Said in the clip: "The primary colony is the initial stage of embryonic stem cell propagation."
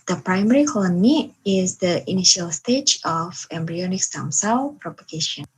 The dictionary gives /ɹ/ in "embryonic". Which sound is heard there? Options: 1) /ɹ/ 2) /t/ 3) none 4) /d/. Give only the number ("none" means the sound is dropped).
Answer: 1